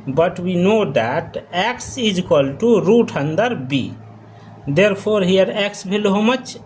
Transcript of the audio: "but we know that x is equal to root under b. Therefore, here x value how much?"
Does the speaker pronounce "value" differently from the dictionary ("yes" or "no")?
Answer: yes